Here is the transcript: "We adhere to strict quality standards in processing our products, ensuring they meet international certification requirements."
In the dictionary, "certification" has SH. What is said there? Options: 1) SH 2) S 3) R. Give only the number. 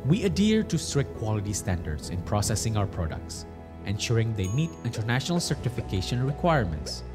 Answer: 1